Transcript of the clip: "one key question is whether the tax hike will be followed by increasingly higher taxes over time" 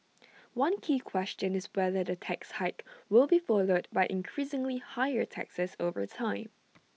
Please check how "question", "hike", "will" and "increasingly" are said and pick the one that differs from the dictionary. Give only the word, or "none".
none